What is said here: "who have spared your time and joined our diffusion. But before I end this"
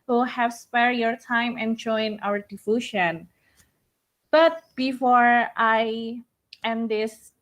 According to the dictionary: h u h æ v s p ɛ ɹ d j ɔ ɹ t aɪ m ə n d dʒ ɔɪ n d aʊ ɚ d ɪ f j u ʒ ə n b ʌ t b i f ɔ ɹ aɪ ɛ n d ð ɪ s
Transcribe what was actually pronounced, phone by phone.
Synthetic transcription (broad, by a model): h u h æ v s p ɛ ɹ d j ɔ ɹ t aɪ m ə n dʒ ɔɪ n aʊ ɚ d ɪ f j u ʃ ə n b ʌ t b i f ɔ ɹ aɪ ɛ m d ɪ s